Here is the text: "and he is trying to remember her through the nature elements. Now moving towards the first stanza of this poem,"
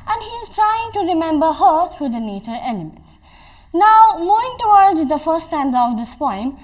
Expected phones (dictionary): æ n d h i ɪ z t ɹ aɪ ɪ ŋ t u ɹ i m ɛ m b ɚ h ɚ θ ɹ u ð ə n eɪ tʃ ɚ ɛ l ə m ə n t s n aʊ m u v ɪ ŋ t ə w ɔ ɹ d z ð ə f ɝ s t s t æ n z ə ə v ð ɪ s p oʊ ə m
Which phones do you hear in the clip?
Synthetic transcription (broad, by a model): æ n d h i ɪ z t ɹ aɪ ɪ ŋ t u ɹ i m ɛ m b ɚ h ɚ t ɹ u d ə n eɪ tʃ ɚ ɛ l ə m ə n t s n aʊ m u ɪ ŋ t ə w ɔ ɹ d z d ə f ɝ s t s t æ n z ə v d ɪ s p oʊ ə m